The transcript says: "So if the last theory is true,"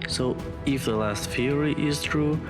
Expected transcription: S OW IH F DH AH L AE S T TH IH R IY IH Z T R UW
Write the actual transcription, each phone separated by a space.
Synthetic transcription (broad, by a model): S OW IH F DH AH L AE S T F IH R IY IH Z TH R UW